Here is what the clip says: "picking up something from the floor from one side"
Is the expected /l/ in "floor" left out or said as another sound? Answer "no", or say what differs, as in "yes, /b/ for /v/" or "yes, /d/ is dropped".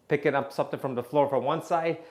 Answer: no